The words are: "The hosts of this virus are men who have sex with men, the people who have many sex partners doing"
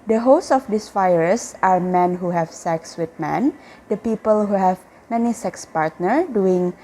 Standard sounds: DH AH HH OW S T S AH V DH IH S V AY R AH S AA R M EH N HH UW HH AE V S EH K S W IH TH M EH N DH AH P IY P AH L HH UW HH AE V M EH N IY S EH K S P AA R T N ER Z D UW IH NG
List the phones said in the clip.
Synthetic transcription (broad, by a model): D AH HH OW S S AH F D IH S F AY R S AA R M EH N HH UW HH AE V S EH K S W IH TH M EH N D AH P IY P AH L HH UW HH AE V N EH N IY S EH K S P AA R T N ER D UW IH NG